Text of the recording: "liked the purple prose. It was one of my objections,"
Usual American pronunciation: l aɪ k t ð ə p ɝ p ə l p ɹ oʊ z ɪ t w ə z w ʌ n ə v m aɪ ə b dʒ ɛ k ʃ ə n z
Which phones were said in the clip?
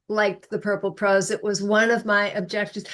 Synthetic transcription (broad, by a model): l aɪ k ð ə p ɝ p l p ɹ oʊ z ɪ t w ə z w ʌ n ə v m aɪ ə b dʒ ɛ k ʃ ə n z